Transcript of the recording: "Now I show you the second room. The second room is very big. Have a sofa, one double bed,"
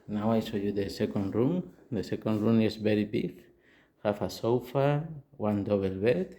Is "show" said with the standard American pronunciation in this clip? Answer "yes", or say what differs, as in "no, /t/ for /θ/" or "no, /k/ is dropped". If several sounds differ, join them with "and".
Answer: no, /s/ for /ʃ/